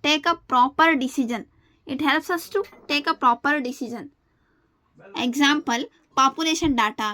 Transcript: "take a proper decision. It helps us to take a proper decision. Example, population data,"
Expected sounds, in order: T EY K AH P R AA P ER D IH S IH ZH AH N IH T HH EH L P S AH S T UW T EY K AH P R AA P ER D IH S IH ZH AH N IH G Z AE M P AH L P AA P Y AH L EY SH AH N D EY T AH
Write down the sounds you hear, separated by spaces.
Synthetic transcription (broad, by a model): T EY K AH P R AA P ER D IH S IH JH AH N IH T HH EH L P S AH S T UW T EY K AH P R AA P ER D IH S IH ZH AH N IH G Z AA M P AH L P AA P Y AH L EY SH AH N D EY T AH